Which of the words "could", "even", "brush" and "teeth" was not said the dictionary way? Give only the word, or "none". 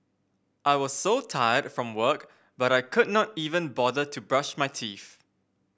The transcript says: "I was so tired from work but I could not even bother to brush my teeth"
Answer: teeth